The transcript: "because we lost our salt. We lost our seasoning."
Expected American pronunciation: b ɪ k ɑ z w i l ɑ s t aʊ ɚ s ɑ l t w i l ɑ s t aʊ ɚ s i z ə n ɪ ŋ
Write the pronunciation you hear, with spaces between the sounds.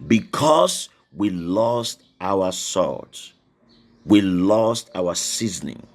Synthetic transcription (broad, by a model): b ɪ k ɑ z w i l ɑ s t aʊ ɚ s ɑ t w i l ɑ s t aʊ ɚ s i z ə n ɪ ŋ